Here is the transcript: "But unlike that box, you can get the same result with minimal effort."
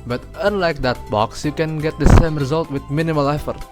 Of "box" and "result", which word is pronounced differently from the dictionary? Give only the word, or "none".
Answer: none